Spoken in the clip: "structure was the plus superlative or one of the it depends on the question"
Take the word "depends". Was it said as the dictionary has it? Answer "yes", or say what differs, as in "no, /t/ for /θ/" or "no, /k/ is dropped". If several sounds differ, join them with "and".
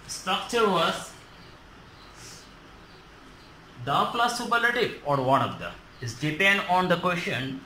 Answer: no, /z/ is dropped